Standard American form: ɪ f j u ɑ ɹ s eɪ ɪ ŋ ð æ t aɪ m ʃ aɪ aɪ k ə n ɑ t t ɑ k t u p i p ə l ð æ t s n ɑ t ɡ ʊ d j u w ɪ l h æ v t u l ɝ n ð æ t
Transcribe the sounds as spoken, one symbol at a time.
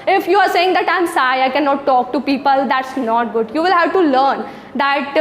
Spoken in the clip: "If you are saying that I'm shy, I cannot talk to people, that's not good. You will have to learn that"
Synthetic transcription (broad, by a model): ɪ f j u ɑ ɹ s eɪ ɪ ŋ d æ t aɪ m s aɪ aɪ k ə n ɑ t t ɑ k t u p i p ə l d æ t s n ɑ t ɡ ʊ d j u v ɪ l h æ v t u l ɝ n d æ t